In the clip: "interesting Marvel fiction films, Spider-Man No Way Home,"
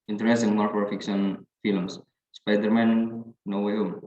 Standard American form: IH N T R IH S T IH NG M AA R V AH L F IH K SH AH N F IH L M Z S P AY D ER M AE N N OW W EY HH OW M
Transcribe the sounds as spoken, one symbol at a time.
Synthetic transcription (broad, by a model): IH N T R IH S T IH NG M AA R P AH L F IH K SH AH N F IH L M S S P AY D ER M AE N N OW W EY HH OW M